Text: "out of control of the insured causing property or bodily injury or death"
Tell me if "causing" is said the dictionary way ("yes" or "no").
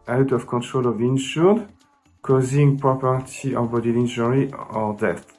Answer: yes